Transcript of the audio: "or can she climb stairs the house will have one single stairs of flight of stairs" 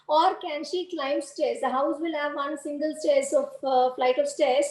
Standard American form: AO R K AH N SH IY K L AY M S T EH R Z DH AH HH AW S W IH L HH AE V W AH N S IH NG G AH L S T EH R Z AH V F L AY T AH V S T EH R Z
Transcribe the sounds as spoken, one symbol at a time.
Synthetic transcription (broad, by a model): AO R K AH N SH IY K L AY M S T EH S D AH HH AW S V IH L HH AE V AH N S IH NG G AH L S T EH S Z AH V F L AY T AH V S T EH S